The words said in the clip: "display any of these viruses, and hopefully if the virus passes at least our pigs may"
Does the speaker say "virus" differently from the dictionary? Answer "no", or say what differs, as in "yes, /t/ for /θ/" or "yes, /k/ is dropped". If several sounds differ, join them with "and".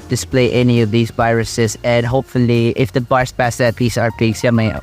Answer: yes, /b/ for /v/